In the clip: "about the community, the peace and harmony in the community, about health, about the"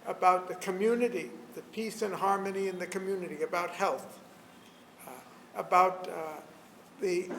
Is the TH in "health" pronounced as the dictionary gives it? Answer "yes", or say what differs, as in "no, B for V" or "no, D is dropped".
yes